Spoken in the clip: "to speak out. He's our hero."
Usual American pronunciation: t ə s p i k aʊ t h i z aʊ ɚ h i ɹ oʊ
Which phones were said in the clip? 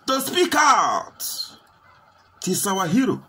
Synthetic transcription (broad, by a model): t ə s p i k aʊ t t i s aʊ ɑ h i ɹ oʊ